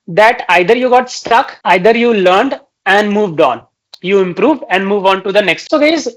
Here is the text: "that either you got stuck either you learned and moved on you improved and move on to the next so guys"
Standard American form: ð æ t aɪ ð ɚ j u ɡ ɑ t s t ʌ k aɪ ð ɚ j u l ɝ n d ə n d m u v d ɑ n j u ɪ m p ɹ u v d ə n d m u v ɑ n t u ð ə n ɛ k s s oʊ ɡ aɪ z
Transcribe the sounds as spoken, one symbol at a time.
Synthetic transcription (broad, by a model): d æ t aɪ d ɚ j u ɡ ɑ t s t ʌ k aɪ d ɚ j u l ɝ n d ə n d m u v d ɑ n j u ɪ m p ɹ u v d ə n d m u v ɑ n t u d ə n ɛ k s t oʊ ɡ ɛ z